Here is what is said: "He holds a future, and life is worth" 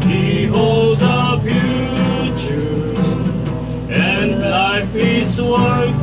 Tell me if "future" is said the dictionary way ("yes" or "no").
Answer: no